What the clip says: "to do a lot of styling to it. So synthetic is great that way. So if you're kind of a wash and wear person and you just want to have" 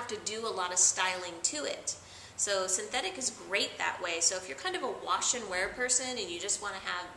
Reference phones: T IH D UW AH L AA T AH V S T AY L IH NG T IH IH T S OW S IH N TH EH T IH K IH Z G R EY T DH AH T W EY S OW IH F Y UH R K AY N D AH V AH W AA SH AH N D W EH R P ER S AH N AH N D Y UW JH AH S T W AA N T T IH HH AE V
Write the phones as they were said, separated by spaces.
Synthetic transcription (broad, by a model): T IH D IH AH L AA T AH V S T AY L IH NG T IH IH T S OW S IH N TH EH T IH K IH Z G R EY T DH AH T W EY S OW IH F Y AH R K AY N D AH V AH W AA SH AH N W EH R P ER S AH N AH N Y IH JH AH S T W AA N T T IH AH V